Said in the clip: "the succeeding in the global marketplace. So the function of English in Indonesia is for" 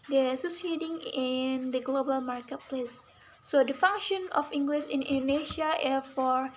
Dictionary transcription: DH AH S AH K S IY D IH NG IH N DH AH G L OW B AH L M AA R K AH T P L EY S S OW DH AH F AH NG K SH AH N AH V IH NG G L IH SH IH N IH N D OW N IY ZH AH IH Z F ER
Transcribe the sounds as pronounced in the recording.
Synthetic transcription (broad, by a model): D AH S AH S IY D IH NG IH N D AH G L OW B AH L M AA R K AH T P L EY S S OW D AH F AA NG K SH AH N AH F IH NG G L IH S IH N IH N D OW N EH SH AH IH F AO